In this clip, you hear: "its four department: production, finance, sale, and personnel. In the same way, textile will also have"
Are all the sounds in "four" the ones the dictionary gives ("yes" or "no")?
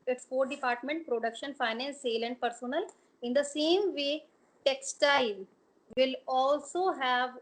no